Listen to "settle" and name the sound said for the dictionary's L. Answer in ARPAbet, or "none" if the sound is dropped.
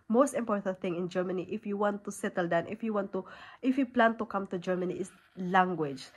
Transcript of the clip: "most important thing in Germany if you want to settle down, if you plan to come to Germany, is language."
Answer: L